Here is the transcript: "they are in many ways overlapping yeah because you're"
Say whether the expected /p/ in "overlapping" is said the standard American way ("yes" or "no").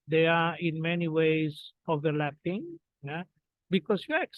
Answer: yes